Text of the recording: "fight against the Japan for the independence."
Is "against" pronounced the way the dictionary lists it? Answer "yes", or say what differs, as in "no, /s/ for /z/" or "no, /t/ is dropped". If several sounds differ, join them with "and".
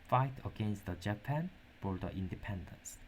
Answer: yes